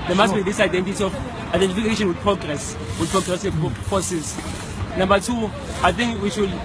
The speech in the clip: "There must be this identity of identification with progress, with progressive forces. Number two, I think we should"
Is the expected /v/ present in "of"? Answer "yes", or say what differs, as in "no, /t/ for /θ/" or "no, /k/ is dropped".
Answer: no, /f/ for /v/